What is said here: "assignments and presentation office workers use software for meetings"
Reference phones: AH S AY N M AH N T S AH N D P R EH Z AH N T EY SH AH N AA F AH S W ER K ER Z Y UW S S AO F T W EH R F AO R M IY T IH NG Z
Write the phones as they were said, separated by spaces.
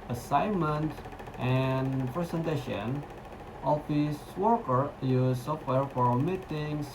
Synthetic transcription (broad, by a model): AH S AY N M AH N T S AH N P R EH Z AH N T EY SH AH N AA F AH S W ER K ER Y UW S S AO F T W EH R F AO R M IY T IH NG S